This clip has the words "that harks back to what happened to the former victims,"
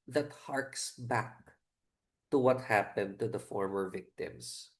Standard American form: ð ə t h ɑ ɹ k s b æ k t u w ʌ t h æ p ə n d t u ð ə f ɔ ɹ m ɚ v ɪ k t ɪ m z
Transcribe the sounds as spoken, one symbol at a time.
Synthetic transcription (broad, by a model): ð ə t h ɑ ɹ k s b æ k t u w ʌ t h æ p ə n d t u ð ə f ɔ ɹ m ɚ v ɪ k t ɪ m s